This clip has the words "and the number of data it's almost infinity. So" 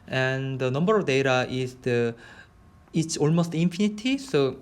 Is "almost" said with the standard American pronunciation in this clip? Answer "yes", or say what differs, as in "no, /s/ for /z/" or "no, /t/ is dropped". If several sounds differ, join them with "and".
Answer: yes